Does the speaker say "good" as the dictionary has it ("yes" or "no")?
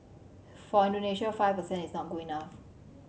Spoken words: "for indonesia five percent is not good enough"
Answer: no